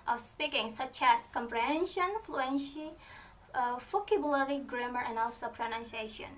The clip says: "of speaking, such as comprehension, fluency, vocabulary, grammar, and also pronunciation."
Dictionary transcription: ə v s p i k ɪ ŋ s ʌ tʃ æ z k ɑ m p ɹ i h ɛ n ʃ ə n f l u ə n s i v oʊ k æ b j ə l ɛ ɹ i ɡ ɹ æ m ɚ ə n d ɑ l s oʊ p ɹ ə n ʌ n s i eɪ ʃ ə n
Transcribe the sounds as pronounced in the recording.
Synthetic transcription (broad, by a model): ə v s p i k ɪ ŋ s ʌ tʃ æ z k ɑ m p ɹ i h ɛ n ʃ ə n f l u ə n ʃ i f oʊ k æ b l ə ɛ ɹ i ɡ ɹ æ m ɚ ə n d ɑ l s oʊ p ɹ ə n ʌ n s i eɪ ʃ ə n